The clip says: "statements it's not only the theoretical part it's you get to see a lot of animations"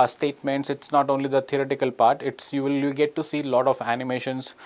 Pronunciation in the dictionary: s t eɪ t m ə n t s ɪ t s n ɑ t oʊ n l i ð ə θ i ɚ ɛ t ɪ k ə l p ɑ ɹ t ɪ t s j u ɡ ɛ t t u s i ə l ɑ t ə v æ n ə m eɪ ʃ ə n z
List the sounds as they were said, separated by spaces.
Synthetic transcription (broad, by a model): s t eɪ t m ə n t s ɪ t s n ɑ t oʊ n l i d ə t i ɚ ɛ t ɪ k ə l p ɑ ɹ t ɪ t s j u ɡ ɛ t t u s i l ɑ t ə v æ n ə m eɪ ʃ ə n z